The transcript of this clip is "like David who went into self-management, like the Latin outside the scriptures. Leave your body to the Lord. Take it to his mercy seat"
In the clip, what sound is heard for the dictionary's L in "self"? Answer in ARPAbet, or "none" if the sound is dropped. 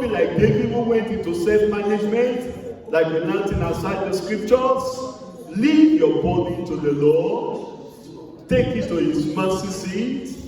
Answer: none